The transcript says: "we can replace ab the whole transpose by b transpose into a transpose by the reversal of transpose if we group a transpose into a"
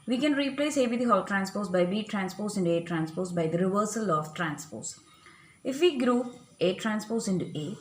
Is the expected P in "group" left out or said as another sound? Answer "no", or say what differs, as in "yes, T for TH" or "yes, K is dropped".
yes, P is dropped